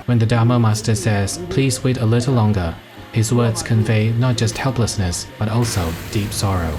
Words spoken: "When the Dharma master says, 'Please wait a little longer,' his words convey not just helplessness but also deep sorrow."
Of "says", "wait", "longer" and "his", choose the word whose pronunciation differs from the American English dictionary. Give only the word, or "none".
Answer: none